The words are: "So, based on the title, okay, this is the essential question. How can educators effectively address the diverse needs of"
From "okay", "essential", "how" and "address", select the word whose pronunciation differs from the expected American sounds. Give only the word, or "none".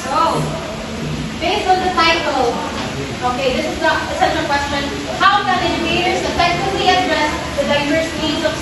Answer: essential